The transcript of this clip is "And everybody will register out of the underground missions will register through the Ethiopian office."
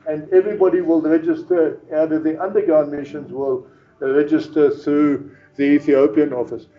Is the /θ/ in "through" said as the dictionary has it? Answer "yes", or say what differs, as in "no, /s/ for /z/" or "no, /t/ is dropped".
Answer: yes